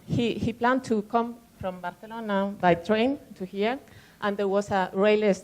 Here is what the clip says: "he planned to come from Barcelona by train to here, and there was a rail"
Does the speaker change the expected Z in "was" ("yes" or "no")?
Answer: yes